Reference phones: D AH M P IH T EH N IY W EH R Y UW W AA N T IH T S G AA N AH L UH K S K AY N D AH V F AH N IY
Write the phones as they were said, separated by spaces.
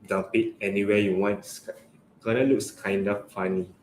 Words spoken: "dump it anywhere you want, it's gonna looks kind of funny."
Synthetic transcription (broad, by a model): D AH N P IH T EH N IY W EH Y UW W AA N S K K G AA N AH L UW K S K AY N D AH F F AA N IY